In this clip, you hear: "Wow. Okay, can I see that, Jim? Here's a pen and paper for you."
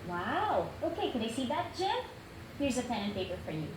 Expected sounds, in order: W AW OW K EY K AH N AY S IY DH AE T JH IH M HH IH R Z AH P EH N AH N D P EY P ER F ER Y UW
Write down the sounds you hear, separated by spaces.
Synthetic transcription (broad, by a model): W AW OW K EY K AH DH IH S IY DH AE T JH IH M HH IH R Z AH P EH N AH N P EY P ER F ER Y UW